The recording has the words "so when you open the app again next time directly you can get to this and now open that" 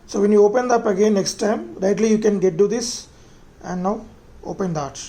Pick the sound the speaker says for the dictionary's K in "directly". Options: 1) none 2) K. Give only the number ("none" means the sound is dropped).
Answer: 1